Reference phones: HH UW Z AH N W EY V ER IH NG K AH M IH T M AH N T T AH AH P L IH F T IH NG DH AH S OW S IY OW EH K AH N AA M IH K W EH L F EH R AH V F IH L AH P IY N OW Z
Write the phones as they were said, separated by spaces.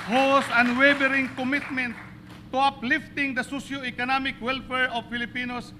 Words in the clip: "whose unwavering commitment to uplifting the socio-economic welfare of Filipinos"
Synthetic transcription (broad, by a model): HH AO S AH N W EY B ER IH NG K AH M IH T M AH N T T AH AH P L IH F T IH NG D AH S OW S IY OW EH K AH N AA M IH K W EH L F EH R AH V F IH L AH P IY N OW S